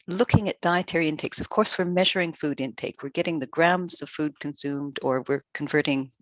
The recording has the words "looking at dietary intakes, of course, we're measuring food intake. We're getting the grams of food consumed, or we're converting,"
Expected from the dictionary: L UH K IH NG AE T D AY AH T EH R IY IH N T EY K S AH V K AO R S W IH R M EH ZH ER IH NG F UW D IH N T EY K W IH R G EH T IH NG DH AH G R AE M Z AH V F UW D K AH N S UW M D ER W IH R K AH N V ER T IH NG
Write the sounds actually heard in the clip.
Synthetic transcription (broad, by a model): L UH K IH NG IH T D AY AH T EH R IY IH N T EY K S AH V K AO R S W IH R M EH ZH ER IH NG F UW D IH N T EY K W IH R G EH T IH NG DH AH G R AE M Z AH V F UW D K AH N S UW M D ER W IH R K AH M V ER T IH NG